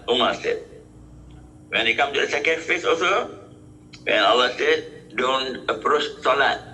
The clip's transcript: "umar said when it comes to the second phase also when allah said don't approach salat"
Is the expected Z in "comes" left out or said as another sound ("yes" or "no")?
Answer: yes